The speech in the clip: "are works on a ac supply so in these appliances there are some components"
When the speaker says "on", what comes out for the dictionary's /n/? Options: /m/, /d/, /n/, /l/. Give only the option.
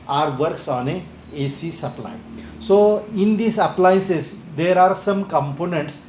/n/